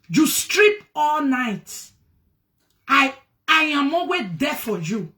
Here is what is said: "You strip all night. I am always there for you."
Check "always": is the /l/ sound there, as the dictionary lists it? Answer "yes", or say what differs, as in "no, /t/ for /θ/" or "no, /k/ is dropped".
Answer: no, /l/ is dropped